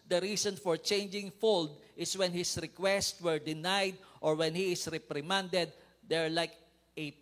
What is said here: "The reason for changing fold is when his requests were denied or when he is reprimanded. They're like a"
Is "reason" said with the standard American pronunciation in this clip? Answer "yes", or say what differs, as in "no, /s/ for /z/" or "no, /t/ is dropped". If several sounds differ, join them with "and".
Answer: no, /s/ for /z/